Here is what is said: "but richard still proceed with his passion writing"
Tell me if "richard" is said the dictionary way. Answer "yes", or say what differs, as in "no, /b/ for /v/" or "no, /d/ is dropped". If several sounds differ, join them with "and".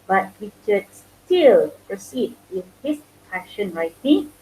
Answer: no, /w/ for /ɹ/